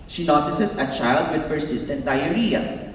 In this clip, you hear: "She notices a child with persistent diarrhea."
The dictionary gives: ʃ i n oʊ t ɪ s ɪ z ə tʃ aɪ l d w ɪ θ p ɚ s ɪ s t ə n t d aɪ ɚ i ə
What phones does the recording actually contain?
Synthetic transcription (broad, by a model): ʃ i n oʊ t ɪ s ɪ s ə tʃ aɪ l d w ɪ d p ɚ s ɪ s t ə n t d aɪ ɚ i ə